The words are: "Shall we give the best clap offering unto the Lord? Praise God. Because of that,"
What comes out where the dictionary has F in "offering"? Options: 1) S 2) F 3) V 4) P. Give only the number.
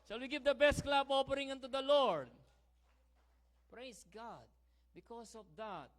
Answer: 4